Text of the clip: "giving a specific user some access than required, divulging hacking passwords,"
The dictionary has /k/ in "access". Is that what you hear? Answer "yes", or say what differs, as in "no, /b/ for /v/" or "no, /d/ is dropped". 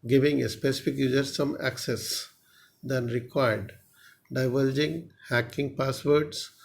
yes